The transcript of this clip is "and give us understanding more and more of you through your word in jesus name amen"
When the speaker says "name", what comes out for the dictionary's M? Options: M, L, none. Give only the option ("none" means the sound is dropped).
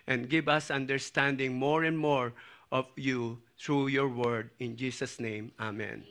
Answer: M